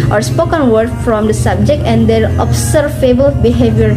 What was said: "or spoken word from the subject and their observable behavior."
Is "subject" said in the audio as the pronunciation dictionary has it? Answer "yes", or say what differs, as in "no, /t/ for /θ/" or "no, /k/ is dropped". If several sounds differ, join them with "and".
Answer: yes